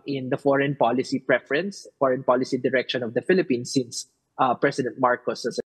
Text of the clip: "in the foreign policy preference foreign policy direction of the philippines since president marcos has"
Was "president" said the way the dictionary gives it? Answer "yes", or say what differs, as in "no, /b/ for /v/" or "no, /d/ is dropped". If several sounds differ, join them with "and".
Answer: no, /s/ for /z/